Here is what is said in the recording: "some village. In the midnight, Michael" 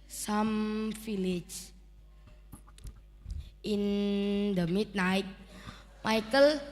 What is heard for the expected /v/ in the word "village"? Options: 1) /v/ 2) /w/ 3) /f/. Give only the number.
3